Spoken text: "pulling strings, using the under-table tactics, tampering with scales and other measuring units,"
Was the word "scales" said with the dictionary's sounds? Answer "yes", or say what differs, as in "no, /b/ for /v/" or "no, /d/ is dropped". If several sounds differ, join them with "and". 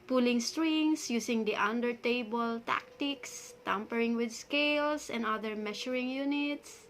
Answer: no, /s/ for /z/